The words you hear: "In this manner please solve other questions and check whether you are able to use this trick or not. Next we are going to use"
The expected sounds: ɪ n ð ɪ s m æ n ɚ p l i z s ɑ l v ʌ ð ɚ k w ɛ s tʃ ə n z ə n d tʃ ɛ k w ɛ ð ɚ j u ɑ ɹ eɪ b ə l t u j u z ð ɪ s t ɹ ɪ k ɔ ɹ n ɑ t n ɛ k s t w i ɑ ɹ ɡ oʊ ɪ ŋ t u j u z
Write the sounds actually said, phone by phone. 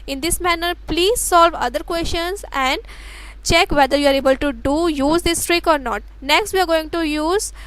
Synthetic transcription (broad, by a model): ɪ n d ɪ s m æ n ɚ p l i z s ɑ l v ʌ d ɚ k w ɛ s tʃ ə n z ə n d tʃ ɛ k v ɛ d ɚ j u ɑ ɹ eɪ b ə l t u j u z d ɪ s t ɹ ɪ k ɔ ɹ n ɑ t n ɛ k s t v i ɑ ɹ ɡ oʊ ɪ ŋ t u j u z